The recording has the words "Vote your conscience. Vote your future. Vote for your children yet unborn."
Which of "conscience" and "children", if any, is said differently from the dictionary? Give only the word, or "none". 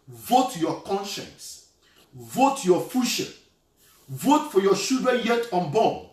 children